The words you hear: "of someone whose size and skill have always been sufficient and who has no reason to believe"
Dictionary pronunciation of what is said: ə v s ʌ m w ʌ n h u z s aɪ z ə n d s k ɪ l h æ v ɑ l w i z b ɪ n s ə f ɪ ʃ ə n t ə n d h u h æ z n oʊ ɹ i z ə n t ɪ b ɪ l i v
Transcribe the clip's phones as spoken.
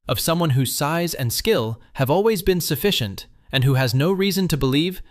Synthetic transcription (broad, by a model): ə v s ʌ m w ʌ n h u z s aɪ z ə n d s k ɪ l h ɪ v ɑ l w i z b ɪ n s ə f ɪ ʃ ə n t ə n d h u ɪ z n oʊ ɹ i z ə n t ɪ b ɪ l i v